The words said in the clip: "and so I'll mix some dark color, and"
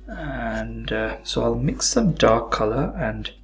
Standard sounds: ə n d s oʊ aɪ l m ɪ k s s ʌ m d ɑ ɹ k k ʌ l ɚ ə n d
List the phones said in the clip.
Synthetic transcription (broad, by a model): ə n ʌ s oʊ aɪ l m ɪ k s s ʌ m d ɑ ɹ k k ʌ l ɚ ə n